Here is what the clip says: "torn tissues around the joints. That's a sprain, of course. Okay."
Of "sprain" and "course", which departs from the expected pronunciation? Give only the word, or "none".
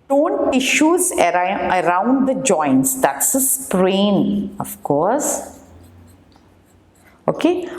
none